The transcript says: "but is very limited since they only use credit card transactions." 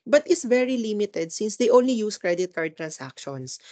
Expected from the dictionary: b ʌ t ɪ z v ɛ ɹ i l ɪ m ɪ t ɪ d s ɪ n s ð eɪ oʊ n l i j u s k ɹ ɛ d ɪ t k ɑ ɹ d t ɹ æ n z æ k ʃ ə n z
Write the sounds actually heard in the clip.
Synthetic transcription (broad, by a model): b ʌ t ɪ s v ɛ ɹ i l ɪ m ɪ t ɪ d s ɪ n s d eɪ oʊ n l i j u s k ɹ ɛ d ɪ t k ɑ ɹ d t ɹ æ n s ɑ k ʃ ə n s